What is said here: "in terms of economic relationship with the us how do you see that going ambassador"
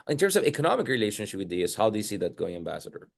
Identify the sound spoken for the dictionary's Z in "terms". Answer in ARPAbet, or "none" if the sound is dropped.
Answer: S